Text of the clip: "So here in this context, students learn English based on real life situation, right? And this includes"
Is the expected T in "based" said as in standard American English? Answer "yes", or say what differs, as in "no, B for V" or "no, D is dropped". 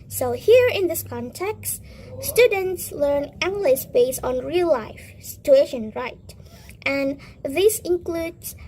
no, T is dropped